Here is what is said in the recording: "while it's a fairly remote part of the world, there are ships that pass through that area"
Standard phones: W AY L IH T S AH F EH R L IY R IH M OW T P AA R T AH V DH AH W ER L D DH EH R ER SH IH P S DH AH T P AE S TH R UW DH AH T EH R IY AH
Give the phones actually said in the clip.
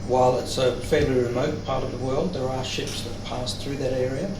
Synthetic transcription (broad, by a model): W AY L IH T S AH F EH R L IY R IH M OW T P AA R T AH V DH AH W ER L D DH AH R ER SH IH P S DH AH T P AE S TH R UW DH AH T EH R IY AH